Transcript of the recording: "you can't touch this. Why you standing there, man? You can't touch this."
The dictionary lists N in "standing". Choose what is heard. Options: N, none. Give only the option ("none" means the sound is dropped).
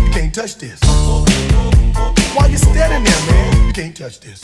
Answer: none